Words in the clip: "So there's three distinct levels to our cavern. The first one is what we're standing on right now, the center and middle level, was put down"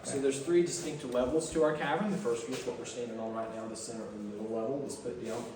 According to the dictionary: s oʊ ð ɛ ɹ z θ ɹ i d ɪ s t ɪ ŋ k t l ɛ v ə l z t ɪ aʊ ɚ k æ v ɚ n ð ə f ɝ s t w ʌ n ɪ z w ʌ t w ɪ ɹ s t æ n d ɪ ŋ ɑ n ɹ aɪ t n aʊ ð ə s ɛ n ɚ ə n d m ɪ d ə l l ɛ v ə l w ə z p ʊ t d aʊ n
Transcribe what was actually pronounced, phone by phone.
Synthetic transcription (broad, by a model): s oʊ ð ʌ ɹ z θ ɹ i d ɪ s t ɪ ŋ k t l ɛ v l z t ɪ aʊ ɚ k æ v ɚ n ð ə f ɝ s t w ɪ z w ʌ t w ɪ ɹ s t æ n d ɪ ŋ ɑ l ɹ aɪ t n aʊ ð ə s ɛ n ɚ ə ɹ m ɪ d l l ɛ v l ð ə s p ʊ t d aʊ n